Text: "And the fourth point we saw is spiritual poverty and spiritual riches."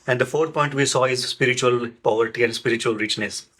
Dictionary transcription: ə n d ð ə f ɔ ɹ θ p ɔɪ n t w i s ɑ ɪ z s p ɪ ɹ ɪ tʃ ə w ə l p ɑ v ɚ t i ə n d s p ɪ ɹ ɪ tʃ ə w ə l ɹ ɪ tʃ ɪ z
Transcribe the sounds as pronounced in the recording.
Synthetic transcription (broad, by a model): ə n d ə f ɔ ɹ t p ɔɪ n t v i s ɑ ɪ z s p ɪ ɹ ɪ tʃ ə ə l p ɑ v ɚ t i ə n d s p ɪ ɹ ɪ tʃ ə ə l ɹ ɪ tʃ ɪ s